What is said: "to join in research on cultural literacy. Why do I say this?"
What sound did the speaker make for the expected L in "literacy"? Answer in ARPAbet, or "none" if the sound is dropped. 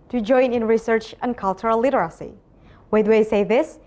L